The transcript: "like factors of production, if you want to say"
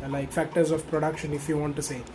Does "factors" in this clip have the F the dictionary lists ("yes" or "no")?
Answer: yes